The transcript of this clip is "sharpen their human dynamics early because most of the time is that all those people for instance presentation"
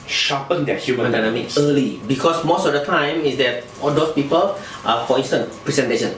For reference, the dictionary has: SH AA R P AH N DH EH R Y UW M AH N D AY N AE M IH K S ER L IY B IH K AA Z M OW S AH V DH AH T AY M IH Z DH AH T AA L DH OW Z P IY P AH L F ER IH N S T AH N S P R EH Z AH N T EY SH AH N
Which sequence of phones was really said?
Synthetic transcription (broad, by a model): SH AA P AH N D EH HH Y UW M AH N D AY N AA M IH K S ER L IY B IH K AA S M OW S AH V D AH T AY M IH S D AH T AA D OW S P IY P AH L F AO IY N S T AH N P R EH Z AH N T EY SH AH N